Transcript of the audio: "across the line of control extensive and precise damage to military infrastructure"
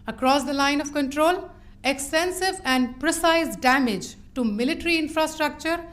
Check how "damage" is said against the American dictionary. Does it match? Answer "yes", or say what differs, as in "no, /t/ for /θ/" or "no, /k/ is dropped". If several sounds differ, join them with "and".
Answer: yes